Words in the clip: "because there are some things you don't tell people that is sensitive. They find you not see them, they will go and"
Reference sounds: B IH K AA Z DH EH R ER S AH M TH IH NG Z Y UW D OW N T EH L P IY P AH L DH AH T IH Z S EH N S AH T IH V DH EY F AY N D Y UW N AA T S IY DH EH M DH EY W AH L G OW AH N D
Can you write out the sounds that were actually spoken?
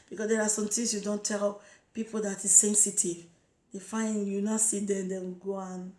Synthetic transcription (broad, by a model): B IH K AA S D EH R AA S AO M T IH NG S Y UW D OW N T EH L P IY P AH L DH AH T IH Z S EH N S AH T IH V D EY F AY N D Y UW N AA S IY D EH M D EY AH N G OW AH N